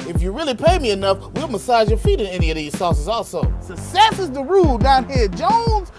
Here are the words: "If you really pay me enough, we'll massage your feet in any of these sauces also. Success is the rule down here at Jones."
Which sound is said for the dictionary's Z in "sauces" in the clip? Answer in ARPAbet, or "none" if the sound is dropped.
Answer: Z